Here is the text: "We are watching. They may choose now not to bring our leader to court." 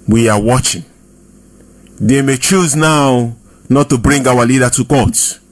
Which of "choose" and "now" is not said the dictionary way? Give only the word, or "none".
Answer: none